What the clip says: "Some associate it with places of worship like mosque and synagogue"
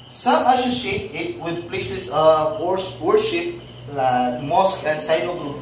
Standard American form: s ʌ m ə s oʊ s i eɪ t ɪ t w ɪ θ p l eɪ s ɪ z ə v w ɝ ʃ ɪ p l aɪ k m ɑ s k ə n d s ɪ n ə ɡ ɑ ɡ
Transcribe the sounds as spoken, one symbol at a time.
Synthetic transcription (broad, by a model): s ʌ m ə s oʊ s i eɪ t ɪ t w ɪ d p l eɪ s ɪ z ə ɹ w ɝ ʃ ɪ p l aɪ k m ɑ s k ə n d s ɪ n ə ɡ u